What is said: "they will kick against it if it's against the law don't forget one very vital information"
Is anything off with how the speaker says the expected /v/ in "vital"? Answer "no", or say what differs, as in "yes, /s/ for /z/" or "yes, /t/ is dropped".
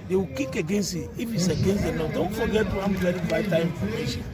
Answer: yes, /b/ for /v/